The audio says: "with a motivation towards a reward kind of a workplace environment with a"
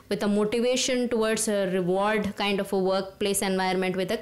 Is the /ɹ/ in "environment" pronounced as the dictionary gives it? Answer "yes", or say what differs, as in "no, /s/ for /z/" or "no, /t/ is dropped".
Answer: no, /ɹ/ is dropped